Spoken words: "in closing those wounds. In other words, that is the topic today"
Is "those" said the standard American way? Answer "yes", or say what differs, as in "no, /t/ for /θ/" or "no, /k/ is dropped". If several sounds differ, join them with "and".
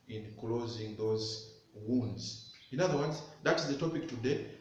yes